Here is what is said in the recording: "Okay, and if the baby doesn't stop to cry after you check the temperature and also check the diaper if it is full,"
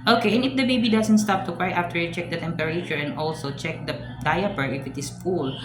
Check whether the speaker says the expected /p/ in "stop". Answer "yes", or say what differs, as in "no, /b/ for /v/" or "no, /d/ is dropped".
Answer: yes